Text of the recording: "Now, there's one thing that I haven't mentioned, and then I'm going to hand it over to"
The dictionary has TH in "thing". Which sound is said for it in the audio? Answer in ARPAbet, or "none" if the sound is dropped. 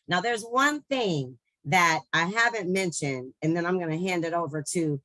TH